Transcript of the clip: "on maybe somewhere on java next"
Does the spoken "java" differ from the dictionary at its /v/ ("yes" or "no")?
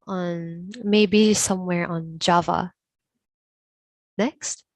no